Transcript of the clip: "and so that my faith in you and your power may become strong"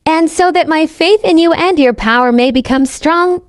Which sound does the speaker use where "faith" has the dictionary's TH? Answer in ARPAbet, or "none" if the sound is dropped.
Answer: TH